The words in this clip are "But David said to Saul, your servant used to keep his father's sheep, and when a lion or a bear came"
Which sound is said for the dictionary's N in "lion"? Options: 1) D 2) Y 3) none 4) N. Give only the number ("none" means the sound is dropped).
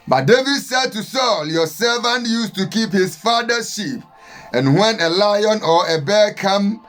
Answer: 4